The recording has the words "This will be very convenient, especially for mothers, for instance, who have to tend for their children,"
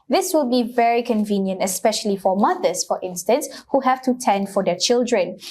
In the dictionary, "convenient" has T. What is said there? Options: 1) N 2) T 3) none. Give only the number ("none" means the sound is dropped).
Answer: 2